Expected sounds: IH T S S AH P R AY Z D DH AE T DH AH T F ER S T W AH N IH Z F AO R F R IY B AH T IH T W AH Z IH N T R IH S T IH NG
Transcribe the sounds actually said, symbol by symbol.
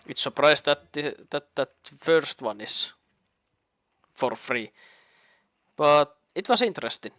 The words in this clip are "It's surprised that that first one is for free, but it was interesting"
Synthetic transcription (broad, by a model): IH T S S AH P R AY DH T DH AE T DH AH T F ER S T W AH N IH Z F AO R F R IY B AH T IH T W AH S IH N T R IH S T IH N